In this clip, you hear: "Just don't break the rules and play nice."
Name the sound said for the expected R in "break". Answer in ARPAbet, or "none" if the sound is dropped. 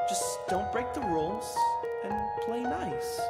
R